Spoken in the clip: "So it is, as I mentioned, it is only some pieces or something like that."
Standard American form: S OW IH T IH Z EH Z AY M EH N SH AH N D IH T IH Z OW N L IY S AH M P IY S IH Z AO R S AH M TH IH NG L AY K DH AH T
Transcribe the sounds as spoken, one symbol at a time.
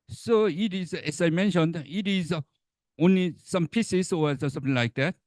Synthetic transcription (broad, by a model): S OW IH T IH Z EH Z AY M EH N SH AH N D IH T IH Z OW N L IY S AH M P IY S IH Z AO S S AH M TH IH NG L AY K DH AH T